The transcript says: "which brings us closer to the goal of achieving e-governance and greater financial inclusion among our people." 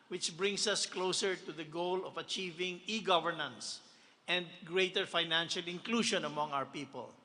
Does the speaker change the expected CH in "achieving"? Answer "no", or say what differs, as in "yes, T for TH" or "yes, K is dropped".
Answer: no